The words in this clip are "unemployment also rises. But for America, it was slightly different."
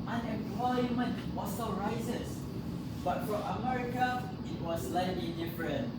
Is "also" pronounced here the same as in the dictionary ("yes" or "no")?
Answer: no